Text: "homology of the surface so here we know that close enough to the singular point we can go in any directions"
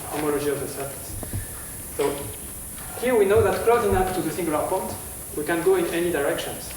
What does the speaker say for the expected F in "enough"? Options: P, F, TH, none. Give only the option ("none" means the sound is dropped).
P